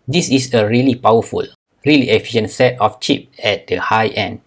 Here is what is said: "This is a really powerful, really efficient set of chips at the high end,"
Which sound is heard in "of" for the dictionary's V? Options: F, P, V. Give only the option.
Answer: F